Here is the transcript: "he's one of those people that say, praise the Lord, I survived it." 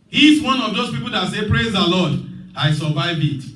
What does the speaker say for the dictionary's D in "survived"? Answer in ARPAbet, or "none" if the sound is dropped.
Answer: none